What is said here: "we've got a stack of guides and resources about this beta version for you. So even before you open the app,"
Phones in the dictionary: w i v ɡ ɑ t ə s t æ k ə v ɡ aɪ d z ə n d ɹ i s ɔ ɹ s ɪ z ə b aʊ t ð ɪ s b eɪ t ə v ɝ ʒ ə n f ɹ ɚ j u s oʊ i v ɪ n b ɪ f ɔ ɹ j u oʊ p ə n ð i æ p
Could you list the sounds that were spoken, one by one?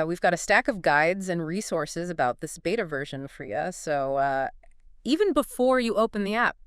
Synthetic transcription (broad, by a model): w i v ɡ ɑ t ə s t æ k ə v ɡ aɪ d z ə n ɹ i s ɔ ɹ s ɪ z ə b aʊ t ð ɪ s b eɪ t ə v ɝ ʒ ə n f ɹ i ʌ s oʊ i v ɪ n b ɪ f ɔ ɹ j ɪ oʊ p ə n ð i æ p